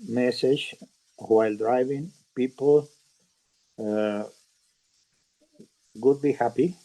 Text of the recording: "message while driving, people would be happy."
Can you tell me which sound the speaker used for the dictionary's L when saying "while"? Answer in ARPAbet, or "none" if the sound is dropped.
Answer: L